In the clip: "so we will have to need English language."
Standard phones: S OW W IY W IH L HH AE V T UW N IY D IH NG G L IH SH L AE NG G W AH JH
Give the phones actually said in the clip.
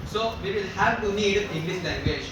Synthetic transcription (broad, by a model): S OW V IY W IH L HH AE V T UW N IY D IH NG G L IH S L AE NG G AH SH